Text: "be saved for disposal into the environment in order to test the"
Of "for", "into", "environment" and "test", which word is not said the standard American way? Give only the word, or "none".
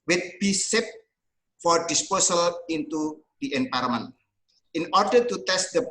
environment